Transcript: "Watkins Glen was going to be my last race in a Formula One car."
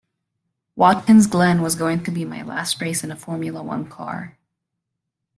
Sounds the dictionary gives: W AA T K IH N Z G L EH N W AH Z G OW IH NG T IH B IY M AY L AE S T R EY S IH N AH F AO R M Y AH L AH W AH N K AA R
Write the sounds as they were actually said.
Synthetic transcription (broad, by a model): W AA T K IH N Z G L EH N W AH Z G OW IH NG T IH B IY M AY L AE S T R EY S IH N AH F AO R M Y L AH W AH N K AA R